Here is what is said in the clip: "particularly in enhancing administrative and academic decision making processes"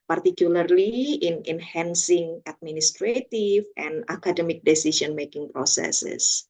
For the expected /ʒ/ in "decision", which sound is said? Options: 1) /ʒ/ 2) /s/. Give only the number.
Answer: 2